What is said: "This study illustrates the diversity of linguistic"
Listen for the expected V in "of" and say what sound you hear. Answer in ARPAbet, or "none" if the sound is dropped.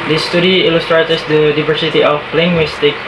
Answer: P